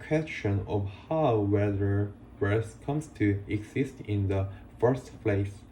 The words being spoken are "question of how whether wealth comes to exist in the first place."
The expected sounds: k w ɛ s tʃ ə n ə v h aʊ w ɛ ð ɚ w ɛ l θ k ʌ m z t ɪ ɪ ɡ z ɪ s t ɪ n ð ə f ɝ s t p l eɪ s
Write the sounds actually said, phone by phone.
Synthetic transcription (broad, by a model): k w ɛ s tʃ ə n ə v h aʊ w ɛ ð ɚ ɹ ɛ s k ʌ m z t ɪ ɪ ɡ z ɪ s t ɪ n ð ə f ɝ s t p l eɪ s